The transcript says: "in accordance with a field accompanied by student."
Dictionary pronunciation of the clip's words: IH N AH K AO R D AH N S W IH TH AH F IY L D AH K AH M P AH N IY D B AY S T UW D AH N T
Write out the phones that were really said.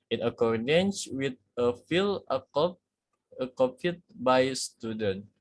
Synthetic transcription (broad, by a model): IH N AH K AO R D AH N S W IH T AH F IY L AH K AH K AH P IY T B AY S T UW D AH N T